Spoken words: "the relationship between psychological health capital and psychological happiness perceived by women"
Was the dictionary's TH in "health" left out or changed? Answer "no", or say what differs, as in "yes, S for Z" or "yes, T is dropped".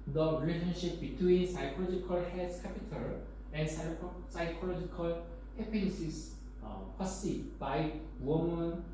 yes, S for TH